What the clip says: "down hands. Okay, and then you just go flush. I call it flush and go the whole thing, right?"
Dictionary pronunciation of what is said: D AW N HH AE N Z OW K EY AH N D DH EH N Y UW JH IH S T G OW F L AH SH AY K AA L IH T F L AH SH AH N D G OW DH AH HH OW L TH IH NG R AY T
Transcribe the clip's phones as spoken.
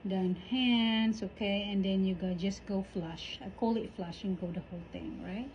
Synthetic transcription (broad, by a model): D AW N HH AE N S OW K EY AH N D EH N Y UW JH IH S G OW F L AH SH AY K AA L IH T F L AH SH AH N G OW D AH HH OW L T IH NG R AY T